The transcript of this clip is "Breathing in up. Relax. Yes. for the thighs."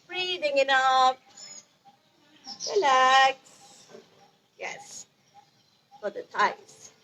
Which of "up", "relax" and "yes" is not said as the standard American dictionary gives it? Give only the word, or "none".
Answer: up